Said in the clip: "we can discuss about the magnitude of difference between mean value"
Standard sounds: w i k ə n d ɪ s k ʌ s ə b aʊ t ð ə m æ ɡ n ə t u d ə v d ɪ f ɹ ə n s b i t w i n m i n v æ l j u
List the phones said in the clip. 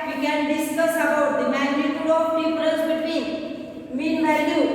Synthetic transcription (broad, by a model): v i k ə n d ɪ s k ʌ s ə b aʊ t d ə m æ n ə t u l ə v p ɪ p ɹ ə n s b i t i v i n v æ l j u